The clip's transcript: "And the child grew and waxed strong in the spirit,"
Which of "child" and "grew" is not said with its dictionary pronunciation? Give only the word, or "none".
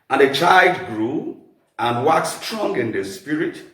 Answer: none